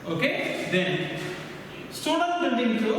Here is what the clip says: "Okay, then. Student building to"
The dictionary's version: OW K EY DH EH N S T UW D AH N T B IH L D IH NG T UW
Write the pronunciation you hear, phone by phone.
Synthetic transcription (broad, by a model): OW K EY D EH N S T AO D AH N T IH N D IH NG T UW